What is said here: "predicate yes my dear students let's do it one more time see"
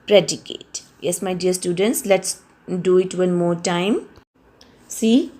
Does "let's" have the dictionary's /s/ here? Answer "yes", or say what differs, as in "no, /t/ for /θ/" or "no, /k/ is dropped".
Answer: yes